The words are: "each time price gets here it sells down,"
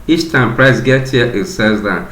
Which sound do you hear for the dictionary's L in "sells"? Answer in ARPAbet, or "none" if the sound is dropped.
none